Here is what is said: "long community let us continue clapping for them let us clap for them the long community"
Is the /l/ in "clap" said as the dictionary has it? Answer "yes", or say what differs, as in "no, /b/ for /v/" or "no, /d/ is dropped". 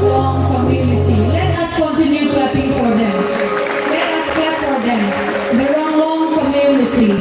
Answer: no, /l/ is dropped